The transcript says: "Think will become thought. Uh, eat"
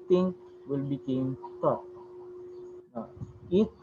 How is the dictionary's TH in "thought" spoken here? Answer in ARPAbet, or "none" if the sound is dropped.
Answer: T